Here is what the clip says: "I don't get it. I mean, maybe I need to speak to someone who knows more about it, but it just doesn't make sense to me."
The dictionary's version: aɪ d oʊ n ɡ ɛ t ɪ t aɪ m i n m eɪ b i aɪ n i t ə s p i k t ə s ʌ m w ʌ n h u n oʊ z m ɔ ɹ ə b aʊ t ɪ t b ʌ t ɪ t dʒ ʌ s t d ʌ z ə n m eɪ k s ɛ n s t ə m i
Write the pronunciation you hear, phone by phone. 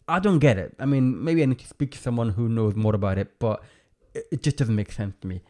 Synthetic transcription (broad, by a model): aɪ d oʊ n ɡ ɛ t ɪ t aɪ m i n m eɪ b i aɪ n i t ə s p i k t ə s ʌ m w ʌ n h u n oʊ z m ɔ ɹ ə b aʊ t ɪ t b ʌ t ɪ t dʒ ʌ s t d ʌ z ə n m eɪ k s ɛ n s t ə m i